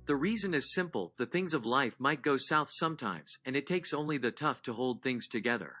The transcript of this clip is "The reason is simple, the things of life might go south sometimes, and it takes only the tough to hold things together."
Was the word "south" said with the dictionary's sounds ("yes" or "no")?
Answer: yes